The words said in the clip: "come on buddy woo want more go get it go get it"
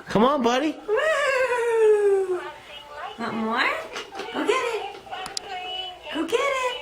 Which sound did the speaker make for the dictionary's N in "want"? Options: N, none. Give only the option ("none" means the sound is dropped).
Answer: none